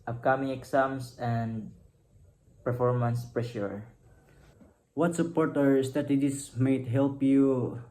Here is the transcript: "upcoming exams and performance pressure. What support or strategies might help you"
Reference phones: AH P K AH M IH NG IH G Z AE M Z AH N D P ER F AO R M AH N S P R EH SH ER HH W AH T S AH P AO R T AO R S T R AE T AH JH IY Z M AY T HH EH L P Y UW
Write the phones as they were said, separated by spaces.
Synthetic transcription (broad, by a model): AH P K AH M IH NG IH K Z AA M S AH N D P ER F AO R M AH N S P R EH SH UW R W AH T S AH P AO R T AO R S T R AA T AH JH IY S M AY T HH EH L P Y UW